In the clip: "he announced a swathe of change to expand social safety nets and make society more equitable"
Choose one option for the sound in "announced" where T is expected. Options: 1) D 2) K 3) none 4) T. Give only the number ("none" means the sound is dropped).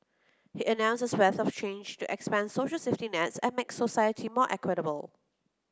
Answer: 3